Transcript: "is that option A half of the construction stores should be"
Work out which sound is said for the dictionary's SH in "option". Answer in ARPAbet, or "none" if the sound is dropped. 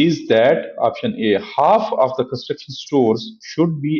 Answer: SH